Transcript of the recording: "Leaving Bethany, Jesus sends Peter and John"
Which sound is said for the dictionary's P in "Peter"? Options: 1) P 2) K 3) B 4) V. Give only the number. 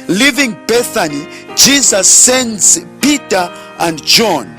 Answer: 1